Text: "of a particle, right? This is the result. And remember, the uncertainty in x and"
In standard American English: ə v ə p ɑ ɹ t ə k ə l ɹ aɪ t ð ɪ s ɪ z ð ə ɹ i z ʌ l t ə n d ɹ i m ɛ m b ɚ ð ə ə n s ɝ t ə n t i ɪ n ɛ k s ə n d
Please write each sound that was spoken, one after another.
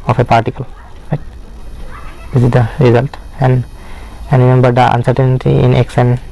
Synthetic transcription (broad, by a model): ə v ə p ɑ ɹ t ə k ə l ɹ aɪ t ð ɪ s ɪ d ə ɹ i z ʌ l t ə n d ɹ i m ɛ m b ɚ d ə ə n s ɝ t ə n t i ɪ n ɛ k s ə n